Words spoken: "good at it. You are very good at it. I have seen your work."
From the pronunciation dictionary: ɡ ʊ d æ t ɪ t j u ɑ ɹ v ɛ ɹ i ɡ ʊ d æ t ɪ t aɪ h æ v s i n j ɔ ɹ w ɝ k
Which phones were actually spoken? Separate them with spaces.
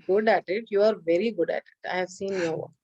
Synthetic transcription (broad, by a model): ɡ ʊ d æ t ɪ t j u ɑ ɹ v ɛ ɹ i ɡ ʊ d æ t ɪ t aɪ h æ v s i n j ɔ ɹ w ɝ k